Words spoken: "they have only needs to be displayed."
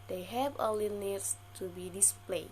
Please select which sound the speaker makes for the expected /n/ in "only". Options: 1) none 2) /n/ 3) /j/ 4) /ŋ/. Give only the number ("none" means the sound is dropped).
1